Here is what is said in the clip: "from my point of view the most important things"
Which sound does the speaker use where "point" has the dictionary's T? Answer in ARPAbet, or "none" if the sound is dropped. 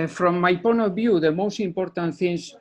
none